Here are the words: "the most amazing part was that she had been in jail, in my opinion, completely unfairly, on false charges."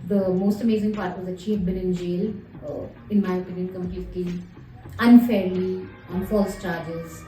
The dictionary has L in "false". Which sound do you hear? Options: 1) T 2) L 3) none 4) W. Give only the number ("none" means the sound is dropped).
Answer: 2